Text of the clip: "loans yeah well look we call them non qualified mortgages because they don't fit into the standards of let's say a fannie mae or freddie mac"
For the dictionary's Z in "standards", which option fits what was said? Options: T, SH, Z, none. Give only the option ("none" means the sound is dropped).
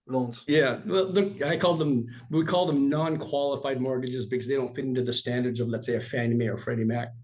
Z